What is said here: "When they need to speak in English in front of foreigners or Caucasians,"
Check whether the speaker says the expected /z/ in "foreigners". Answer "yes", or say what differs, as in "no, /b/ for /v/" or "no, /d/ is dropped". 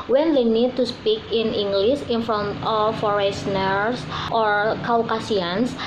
no, /s/ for /z/